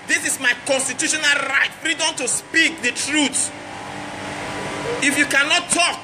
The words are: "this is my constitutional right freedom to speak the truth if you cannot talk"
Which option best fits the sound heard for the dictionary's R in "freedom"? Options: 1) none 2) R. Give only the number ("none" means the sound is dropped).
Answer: 2